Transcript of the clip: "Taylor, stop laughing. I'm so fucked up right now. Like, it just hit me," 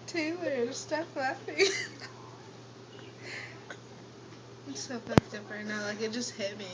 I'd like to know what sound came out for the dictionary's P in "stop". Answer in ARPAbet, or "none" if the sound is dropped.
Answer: F